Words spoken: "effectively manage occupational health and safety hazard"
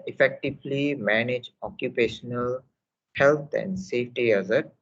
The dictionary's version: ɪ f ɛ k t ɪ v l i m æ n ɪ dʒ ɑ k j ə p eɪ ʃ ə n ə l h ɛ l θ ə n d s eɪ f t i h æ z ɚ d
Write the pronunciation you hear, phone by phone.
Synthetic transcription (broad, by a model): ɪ f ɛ k t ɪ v l i m æ n ɪ dʒ ɑ k j ə p eɪ ʃ ə n ə l h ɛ l t ə n d s eɪ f t i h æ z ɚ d